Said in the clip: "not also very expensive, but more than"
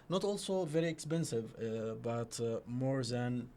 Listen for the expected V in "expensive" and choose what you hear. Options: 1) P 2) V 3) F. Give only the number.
2